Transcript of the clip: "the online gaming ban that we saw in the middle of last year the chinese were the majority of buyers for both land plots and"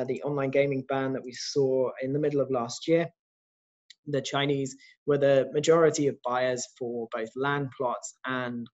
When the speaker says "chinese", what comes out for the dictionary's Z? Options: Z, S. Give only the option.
Z